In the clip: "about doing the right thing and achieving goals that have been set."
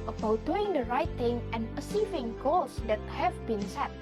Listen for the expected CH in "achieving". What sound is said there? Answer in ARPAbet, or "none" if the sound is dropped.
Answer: S